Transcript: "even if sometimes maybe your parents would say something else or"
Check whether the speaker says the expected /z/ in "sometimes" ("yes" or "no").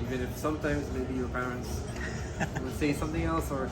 yes